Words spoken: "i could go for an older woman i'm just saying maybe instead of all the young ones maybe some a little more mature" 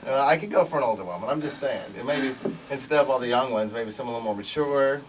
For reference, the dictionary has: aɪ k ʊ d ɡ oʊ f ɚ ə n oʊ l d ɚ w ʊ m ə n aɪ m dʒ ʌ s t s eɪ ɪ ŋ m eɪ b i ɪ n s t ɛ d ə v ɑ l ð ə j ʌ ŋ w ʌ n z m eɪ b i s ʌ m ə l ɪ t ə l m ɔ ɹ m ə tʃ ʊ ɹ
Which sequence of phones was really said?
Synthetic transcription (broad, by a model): aɪ k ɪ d ɡ oʊ f ɚ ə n oʊ l d ɚ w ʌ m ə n aɪ m dʒ ʌ s t s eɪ ɪ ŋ m eɪ b i ɪ n s t ɛ d ə v ɑ l ð ə j ʌ ŋ w ʌ n z m eɪ b i s ʌ m ə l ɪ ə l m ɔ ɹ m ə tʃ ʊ ɹ